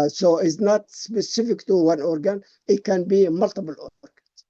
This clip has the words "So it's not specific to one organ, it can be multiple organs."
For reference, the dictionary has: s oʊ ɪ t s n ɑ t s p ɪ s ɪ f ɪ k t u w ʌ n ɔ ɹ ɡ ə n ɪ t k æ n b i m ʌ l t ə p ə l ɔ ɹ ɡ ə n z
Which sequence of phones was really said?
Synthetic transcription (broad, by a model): s oʊ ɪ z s n ɑ t s p ɪ s ɪ f ɪ k t u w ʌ n ɔ ɹ ɡ ə n ɪ t k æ n b i m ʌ l t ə b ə l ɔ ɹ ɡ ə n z